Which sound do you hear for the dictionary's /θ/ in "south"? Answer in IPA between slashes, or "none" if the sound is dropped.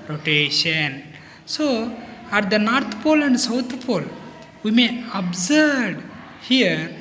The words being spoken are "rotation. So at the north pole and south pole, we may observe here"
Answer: /t/